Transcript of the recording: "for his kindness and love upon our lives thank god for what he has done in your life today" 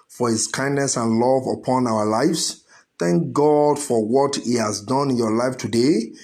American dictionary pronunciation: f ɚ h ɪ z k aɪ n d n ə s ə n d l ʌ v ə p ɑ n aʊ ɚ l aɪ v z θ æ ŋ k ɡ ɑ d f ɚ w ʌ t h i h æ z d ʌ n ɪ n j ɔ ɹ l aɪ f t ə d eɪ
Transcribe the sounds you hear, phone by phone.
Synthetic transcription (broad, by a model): f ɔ h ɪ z k aɪ n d n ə s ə n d l ʌ v ə p ɑ n aʊ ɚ l aɪ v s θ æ ŋ k ɡ ɑ d f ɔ w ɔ t h i h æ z d ʌ n ɪ n j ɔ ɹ l aɪ f t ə d eɪ